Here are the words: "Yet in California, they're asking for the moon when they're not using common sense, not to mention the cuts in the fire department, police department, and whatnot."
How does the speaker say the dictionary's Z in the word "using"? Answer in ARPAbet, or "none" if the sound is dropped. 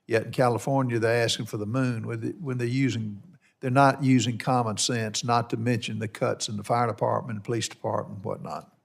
Z